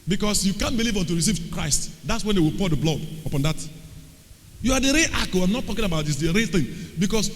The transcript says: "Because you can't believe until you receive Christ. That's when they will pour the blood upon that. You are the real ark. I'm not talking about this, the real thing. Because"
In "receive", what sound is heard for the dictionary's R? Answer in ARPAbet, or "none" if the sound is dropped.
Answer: R